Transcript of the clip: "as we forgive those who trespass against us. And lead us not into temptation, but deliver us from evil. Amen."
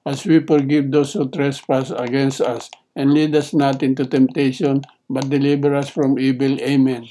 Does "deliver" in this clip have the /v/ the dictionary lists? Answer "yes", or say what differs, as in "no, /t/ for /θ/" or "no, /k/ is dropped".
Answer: no, /b/ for /v/